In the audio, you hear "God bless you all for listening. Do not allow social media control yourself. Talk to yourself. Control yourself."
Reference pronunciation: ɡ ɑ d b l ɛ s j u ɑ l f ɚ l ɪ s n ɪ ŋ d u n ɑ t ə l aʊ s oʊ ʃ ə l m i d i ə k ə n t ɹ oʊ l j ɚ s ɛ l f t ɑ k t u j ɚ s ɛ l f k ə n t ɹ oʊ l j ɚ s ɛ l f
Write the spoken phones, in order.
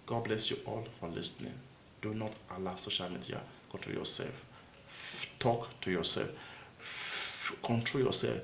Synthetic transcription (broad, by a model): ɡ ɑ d b l ɛ s j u ɑ l f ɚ l ɪ s n ɪ ŋ d u n ɑ t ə l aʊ s oʊ ʃ ə l m i d i ə k ə n t ɹ oʊ l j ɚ s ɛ l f t ɑ k t u j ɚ s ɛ l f k ə n t ɹ oʊ l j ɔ s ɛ l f